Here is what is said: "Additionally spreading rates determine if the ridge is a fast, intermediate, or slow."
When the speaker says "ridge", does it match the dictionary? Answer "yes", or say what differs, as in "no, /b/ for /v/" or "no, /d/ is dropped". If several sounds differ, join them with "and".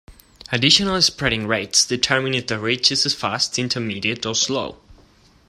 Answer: no, /tʃ/ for /dʒ/